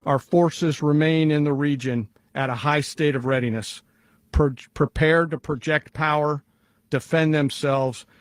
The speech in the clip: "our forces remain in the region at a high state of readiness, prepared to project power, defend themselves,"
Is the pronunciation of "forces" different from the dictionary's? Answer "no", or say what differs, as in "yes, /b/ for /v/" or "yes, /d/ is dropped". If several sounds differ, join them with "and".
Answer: no